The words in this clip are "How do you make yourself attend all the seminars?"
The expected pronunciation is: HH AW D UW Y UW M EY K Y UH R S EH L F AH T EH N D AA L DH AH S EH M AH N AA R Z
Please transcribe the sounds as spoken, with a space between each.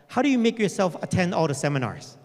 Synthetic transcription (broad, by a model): HH AW D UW Y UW M EY K Y UH R S EH L F AH T EH N D AA L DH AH S EH M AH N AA R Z